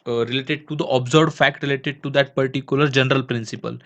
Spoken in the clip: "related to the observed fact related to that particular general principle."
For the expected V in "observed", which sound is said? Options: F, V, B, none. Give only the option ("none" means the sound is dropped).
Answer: none